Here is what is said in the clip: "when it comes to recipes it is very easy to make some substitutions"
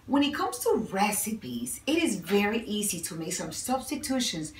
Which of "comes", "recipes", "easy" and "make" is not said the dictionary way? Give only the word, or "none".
none